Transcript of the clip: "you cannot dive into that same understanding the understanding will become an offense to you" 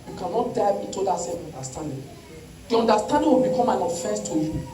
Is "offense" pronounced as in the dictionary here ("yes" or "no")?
no